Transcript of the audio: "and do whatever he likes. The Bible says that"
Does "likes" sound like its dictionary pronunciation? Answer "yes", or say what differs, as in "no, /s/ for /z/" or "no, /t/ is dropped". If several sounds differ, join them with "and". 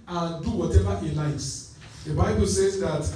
no, /k/ is dropped